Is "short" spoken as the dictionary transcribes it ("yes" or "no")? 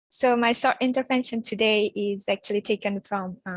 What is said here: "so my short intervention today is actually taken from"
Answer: no